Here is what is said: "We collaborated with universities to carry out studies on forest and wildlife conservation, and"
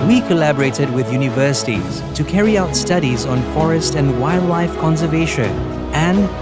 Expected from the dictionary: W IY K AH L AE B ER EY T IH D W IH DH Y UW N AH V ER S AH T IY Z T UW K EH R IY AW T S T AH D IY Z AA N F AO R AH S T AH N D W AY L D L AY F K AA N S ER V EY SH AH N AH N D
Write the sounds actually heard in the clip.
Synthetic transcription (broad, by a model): W IY K AH L AE B ER EY T IH D W IH DH Y UW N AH V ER S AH T IY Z T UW K EH R IY AW T S T AH D IY Z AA N F AO R AH S T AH N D W AY L D L AY F K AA N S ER V EY SH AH N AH N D